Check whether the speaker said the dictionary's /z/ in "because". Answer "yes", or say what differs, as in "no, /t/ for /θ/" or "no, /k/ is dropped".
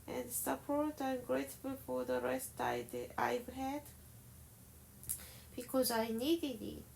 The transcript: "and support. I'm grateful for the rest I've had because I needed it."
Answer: yes